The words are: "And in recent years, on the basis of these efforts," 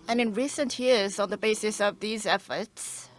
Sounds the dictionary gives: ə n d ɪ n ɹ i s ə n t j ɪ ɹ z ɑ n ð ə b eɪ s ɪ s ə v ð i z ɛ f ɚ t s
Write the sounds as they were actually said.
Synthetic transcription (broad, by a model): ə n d ɪ n ɹ i s ə n t j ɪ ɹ z n ð ə b eɪ s ɪ s ə v ð i z ɛ f ɚ t s